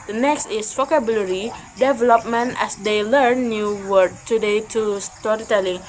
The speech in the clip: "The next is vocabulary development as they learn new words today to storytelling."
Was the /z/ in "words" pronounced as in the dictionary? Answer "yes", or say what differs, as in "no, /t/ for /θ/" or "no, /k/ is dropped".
no, /z/ is dropped